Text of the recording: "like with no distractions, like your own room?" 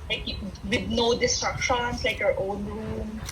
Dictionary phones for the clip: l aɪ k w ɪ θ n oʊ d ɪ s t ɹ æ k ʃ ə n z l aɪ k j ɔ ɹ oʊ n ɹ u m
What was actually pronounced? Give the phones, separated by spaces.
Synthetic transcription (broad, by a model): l aɪ k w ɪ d n oʊ d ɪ s t ɹ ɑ k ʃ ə n s l aɪ k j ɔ ɹ oʊ n ɹ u m